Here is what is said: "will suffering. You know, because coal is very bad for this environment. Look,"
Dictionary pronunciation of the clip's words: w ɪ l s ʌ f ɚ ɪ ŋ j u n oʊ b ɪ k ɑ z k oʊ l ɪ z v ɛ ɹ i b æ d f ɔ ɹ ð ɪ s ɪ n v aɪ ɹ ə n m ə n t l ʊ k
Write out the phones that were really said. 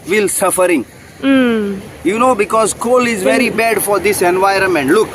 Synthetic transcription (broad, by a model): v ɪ l s ʌ f ɚ ɪ ŋ j u n oʊ b ɪ k ɑ z k oʊ l ɪ z v ɛ ɹ i b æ d f ɔ ɹ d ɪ s ɪ n v aɪ ɹ ə n m ə n t l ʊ k